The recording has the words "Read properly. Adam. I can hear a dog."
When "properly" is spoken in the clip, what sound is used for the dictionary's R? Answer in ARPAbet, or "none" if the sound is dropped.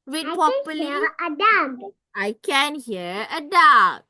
none